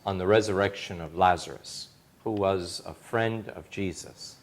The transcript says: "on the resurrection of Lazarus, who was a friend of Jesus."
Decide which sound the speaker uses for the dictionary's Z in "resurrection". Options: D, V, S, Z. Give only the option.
Z